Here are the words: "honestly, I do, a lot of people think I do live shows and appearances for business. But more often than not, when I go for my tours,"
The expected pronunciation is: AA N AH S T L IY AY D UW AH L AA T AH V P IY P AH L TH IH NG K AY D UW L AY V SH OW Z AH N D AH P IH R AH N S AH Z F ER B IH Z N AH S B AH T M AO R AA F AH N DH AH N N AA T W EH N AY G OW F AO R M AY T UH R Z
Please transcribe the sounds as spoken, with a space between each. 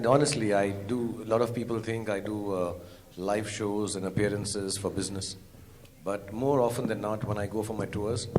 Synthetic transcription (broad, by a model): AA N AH S T L IY AY D UW AH L AA T AH V P IY P AH L T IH NG K AY D UW L AY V SH OW Z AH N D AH P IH R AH N S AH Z F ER B IH Z N AH S B AH T M AO R AA F AH N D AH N N AA T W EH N AY G OW F AO R M AY T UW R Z